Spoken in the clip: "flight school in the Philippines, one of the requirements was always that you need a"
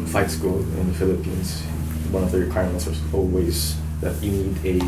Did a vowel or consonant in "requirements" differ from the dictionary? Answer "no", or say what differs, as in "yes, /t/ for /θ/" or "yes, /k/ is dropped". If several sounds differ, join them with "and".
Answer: yes, /n/ is dropped